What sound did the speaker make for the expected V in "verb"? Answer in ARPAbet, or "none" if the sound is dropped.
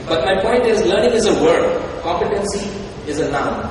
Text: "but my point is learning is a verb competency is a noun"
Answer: W